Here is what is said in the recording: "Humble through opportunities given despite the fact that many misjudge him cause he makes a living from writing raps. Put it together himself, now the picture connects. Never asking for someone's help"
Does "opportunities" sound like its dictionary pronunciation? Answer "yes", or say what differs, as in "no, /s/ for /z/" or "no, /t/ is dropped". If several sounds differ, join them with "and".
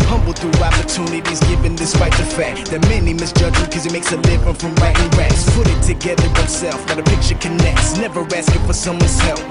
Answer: yes